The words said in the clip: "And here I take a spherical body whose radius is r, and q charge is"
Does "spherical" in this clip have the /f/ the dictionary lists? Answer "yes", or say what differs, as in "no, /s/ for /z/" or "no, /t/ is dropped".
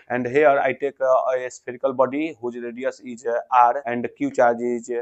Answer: no, /p/ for /f/